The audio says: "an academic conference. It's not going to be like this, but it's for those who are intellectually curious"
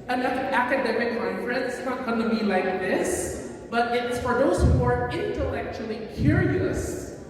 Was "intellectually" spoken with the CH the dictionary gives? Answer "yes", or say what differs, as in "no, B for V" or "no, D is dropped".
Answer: yes